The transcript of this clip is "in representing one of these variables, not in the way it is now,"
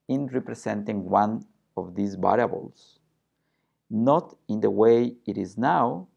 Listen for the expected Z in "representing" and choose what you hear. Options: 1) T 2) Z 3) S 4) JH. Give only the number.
3